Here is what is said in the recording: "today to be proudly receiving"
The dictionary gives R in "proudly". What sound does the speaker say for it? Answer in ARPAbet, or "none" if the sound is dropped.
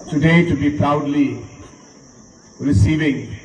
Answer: R